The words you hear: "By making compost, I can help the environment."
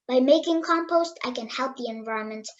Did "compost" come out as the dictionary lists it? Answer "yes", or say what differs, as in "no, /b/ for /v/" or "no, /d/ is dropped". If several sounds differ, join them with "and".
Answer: yes